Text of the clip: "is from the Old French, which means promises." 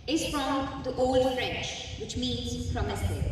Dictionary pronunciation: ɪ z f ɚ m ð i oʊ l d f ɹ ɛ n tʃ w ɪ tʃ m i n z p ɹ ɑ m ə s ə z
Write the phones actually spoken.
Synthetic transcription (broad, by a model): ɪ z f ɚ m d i oʊ l d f ɹ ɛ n tʃ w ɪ tʃ m i n z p ɹ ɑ m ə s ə